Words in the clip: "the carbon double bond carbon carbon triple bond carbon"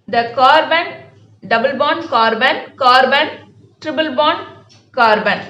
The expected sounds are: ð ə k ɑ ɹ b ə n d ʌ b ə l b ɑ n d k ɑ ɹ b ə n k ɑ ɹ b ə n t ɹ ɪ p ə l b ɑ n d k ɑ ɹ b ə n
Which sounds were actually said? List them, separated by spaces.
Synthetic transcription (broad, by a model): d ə k ɑ ɹ b ə n d ʌ b ə l b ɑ n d k ɑ ɹ b ə n k ɑ ɹ b ə n t ɹ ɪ b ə l b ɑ n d k ɑ ɹ b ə n